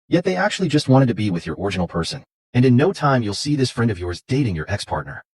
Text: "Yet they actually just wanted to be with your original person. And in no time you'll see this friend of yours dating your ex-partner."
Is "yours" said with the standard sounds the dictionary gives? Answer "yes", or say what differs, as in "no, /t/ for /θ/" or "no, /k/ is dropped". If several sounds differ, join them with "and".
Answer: yes